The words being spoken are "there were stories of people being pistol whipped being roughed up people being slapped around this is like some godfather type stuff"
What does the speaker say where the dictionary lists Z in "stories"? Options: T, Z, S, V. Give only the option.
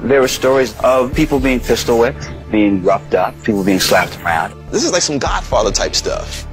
Z